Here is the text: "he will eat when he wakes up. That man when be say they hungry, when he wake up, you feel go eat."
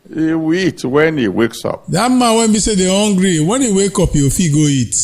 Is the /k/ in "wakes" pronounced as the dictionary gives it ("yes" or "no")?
yes